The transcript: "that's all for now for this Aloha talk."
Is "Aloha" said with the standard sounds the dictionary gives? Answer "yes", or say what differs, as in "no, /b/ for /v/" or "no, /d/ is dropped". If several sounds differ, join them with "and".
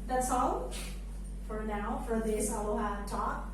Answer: no, /w/ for /l/